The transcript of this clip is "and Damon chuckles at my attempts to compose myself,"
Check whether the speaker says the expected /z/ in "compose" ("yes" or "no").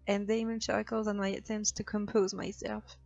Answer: yes